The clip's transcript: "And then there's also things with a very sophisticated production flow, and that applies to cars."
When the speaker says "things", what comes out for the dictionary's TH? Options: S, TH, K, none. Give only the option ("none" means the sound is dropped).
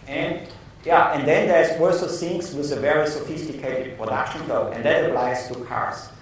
S